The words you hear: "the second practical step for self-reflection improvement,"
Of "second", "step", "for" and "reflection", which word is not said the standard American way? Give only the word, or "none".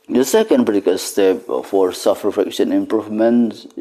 reflection